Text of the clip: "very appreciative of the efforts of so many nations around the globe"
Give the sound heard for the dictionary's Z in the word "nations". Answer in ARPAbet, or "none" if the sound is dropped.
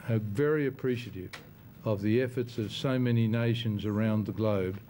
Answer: Z